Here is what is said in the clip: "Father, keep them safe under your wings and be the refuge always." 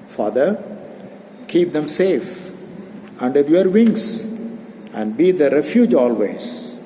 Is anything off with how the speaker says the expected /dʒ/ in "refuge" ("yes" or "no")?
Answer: no